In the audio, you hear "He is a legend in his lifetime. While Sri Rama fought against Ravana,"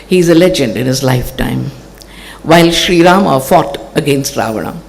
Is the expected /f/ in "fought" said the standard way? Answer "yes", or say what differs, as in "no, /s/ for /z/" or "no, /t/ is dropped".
yes